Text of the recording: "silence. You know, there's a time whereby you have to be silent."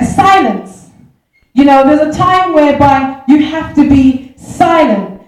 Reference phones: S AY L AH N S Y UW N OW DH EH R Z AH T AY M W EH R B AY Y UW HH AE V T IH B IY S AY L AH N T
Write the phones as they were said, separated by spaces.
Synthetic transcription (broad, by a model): S AY L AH N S Y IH N OW DH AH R Z AH T AY M W EH R B AY Y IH HH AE F T IH B IY S AY L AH N T